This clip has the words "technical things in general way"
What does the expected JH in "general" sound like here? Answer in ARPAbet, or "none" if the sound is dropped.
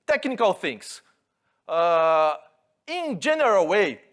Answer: JH